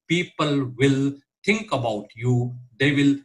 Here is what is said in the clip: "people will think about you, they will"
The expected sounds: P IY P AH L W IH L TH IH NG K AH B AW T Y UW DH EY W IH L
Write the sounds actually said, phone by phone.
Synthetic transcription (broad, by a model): P IY P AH L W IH L T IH NG K AH B AW T Y UW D EY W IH L